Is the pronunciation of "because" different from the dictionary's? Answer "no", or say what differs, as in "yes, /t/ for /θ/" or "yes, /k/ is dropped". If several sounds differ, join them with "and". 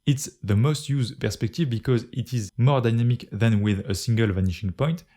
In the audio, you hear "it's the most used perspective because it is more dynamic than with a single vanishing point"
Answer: no